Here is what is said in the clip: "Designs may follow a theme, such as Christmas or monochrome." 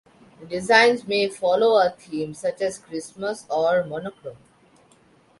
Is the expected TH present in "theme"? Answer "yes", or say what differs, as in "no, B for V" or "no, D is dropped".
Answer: no, T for TH